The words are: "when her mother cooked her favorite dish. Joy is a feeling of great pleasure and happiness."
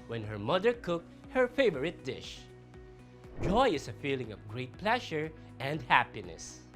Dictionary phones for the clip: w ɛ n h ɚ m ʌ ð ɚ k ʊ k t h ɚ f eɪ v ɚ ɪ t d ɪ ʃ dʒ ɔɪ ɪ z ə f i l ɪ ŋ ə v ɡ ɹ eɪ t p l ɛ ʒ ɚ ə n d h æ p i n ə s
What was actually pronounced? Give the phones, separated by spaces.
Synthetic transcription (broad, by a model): w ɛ n h ɚ m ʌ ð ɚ k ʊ k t h ɚ f eɪ v ɚ ɪ t d ɪ ʃ dʒ ɔɪ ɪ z ə f i l ɪ ŋ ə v ɡ ɹ eɪ t p l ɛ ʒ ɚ ə n d h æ p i n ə s